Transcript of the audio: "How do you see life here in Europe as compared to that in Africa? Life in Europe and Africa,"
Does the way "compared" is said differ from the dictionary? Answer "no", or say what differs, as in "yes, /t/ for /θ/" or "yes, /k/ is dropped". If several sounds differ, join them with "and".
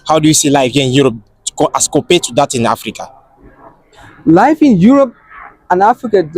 yes, /m/ is dropped